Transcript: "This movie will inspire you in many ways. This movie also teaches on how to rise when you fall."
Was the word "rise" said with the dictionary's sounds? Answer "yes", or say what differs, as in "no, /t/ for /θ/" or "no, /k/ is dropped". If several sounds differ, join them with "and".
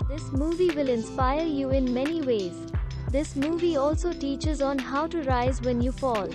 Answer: yes